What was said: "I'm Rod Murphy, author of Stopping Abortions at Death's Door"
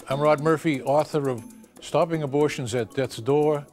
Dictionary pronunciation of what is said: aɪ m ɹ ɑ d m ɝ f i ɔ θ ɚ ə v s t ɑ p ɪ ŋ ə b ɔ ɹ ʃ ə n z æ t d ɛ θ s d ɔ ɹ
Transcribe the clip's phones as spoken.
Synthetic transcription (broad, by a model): aɪ m ɹ ɑ d m ɝ f i ɔ θ ɚ ə v s t ɑ p ɪ ŋ ə b ɔ ɹ ʃ ə n z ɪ t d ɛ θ s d ɔ ɹ